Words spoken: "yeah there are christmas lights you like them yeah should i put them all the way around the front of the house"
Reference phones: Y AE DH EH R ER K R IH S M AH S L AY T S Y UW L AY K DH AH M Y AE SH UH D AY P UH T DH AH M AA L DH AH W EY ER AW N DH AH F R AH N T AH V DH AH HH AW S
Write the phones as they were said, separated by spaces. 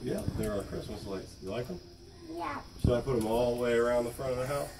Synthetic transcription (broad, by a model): Y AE DH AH R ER K R IH S M AH S L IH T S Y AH L AY K DH AH M Y AE S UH AY P UH T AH M AA L DH AH W EY ER AW N DH AH F R AH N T AH V DH AH HH AW S